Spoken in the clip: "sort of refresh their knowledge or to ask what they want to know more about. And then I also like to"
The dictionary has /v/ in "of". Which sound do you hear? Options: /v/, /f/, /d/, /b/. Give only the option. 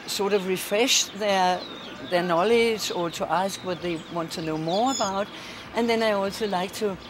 /v/